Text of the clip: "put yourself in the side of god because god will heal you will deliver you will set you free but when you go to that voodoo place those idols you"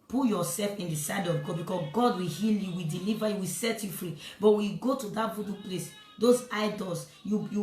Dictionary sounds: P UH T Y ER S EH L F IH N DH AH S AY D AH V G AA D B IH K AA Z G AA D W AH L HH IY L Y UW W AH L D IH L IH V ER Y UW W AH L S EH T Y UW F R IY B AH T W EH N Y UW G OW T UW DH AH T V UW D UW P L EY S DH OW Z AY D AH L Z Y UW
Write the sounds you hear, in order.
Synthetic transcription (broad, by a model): P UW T Y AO S EH L F IH N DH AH S AY D AH V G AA B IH K AA G AA D W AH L HH IY L Y UW W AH D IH L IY V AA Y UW W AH S EH T Y UW F R IY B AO T W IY G OW T UW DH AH T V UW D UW P L EY S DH OW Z AY D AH L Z Y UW